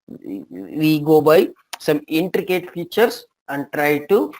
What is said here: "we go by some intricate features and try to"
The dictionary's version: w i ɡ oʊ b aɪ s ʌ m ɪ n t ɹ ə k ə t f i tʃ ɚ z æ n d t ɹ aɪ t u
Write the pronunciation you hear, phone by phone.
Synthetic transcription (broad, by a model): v i ɡ oʊ b aɪ s ʌ m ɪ n t ɹ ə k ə t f i tʃ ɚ s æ n d t ɹ aɪ t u